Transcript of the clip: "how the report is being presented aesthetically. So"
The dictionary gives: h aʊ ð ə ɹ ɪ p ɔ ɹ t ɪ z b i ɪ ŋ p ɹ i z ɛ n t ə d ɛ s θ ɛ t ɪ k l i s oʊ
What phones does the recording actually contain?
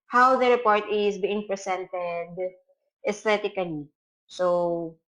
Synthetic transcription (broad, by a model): h aʊ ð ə ɹ ɪ p ɔ ɹ t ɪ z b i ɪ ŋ p ɹ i s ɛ n t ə d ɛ s t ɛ t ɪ k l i s oʊ